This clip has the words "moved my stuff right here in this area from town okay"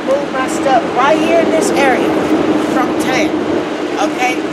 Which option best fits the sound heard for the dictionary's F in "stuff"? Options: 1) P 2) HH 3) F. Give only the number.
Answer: 1